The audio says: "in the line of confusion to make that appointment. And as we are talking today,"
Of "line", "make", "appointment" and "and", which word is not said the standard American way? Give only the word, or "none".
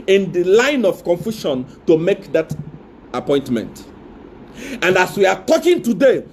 none